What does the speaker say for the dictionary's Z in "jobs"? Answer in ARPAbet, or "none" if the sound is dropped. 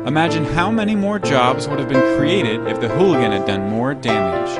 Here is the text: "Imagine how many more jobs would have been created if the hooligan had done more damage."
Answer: Z